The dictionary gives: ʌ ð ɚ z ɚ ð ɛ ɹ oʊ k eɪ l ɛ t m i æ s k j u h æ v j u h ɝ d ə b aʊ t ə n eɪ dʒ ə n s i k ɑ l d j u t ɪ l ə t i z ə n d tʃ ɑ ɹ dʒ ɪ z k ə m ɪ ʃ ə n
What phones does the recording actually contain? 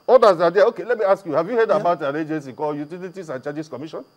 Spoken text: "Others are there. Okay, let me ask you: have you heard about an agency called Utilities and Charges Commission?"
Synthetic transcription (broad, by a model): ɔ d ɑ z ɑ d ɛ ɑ oʊ k eɪ l ɛ t m i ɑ s k j u h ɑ v j u h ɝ d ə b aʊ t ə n eɪ dʒ ə n s i k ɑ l j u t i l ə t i s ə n tʃ ɑ dʒ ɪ s k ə m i ʃ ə n